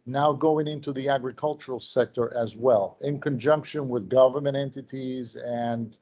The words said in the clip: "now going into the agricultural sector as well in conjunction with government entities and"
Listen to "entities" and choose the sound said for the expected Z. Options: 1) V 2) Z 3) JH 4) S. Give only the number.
2